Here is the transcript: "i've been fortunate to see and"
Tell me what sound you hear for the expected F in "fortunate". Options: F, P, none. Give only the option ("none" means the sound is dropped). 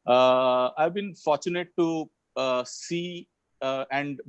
F